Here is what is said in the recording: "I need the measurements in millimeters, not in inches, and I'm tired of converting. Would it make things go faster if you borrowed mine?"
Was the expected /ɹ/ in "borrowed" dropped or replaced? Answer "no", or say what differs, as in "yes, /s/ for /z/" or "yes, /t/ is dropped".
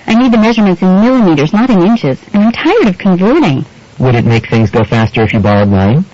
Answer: yes, /l/ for /ɹ/